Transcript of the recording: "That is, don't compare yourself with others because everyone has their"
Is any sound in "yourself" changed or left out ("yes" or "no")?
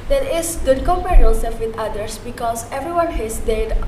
yes